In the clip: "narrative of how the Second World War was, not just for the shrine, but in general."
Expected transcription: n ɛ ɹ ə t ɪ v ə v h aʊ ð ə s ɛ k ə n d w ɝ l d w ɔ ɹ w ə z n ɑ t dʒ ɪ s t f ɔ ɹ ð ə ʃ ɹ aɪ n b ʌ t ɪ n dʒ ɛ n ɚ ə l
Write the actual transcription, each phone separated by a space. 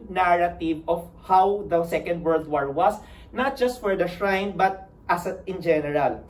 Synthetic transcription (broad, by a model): n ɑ ɹ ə t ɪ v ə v h aʊ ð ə s ɛ k ə n d w ɝ l d w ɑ ɹ w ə s n ɑ t dʒ ɪ s t f ɔ ɹ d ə ʃ ɹ aɪ n b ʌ t ɪ n dʒ ɛ n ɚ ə l